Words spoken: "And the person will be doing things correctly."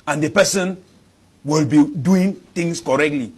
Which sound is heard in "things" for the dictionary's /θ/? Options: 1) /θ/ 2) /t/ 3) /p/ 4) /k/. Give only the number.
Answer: 2